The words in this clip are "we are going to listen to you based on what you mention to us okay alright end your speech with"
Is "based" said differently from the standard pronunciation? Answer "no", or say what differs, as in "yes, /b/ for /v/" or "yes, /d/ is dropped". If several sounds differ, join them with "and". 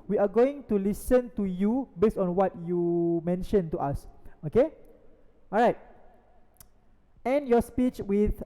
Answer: yes, /t/ is dropped